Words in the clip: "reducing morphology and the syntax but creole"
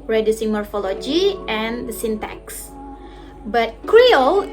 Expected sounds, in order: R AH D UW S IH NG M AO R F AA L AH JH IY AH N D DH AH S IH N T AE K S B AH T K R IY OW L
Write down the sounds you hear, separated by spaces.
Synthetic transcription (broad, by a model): R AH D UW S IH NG M AO R F AA L AH JH IY AH N D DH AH S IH N T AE K S B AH T K R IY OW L